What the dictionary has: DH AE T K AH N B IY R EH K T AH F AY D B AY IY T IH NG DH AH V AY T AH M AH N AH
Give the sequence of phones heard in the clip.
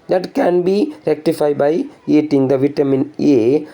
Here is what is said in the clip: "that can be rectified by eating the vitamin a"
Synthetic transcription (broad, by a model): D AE T K AH N B IY R EH K T AH F AY D B AY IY T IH NG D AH V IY T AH M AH N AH